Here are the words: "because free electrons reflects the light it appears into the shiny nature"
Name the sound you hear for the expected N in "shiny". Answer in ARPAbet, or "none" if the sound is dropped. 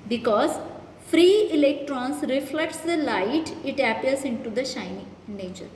none